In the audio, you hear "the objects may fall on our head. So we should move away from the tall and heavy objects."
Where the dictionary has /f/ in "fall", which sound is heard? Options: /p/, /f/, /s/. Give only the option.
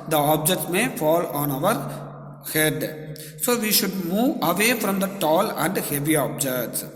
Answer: /f/